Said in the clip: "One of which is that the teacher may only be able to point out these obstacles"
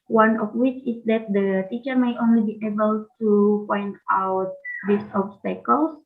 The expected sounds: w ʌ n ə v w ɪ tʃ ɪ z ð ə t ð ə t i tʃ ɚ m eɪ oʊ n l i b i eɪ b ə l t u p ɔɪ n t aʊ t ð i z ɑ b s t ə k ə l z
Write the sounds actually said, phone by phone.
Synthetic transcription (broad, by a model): w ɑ n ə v w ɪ tʃ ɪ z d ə t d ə t i tʃ ɚ m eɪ oʊ n l i b i eɪ b ə l t u p ɔɪ n t aʊ t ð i s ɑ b s t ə k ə l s